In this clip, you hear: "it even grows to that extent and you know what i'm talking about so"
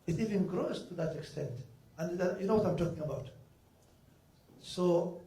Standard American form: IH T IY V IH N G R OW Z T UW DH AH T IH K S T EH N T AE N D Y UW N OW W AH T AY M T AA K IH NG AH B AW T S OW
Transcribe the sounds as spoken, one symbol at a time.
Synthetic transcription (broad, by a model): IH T IY V IH N G R OW S T UW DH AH T IH K S T EH N T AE N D Y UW N OW W AH T AY M T AA K IH NG AH B AW T S OW